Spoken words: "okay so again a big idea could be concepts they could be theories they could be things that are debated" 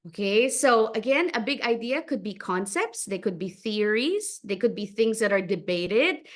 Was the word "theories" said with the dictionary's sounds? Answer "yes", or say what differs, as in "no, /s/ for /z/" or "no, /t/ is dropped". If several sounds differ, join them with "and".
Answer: yes